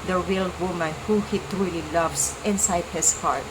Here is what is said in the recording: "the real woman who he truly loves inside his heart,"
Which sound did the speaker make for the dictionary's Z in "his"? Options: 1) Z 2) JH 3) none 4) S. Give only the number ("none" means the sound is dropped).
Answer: 4